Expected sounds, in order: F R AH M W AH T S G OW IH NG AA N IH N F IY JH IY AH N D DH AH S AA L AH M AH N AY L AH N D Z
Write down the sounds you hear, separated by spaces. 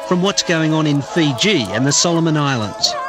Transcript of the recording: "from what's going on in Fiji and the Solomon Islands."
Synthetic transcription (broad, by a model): F R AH M W AH T S G OW IH NG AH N IH N F IY JH IY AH N DH AH S AA L AH M AH N AY L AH N D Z